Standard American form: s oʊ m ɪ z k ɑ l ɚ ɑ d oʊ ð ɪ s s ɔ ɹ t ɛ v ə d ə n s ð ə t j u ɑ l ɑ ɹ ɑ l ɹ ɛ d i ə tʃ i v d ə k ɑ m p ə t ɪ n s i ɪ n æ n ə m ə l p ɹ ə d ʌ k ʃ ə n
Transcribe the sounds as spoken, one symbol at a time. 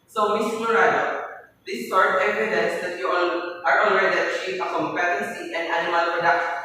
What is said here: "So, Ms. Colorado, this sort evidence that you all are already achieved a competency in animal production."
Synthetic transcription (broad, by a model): s oʊ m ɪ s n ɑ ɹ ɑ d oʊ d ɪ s s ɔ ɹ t ɛ v ə d ə n s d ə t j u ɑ n ɑ ɹ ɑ n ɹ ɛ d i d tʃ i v ə k ɑ m p ə t ɪ n s i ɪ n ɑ n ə m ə l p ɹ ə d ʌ k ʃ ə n